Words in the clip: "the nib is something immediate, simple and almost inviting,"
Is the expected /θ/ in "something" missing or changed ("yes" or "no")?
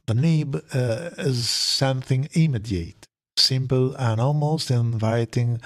no